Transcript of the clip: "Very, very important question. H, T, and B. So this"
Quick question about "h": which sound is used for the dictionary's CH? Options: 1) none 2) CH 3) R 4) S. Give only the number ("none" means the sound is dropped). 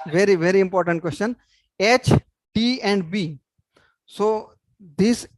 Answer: 2